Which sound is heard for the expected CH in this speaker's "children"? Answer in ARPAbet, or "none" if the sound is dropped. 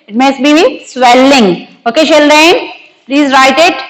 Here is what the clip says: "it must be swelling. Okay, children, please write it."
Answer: SH